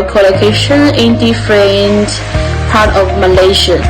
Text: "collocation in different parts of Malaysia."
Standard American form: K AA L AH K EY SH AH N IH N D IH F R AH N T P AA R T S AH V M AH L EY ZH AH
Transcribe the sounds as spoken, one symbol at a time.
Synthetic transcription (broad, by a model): K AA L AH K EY SH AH N IH N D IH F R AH N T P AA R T AH V M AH L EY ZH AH